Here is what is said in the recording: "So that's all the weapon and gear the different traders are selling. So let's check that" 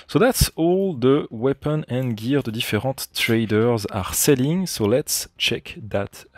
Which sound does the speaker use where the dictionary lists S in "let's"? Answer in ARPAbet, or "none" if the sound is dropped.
S